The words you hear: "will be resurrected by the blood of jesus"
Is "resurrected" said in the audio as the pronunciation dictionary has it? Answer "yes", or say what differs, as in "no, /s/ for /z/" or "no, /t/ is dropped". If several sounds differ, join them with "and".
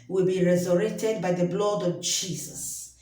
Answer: no, /k/ is dropped